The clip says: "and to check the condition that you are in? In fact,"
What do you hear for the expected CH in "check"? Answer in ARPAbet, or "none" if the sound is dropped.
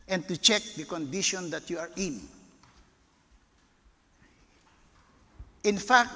CH